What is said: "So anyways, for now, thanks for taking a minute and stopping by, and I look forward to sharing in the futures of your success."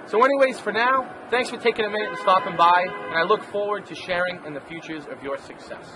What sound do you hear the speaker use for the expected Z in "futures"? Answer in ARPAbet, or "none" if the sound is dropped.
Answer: Z